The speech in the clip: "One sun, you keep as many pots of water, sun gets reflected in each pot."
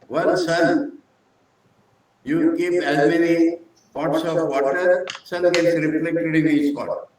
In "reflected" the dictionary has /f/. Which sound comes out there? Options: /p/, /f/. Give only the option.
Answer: /p/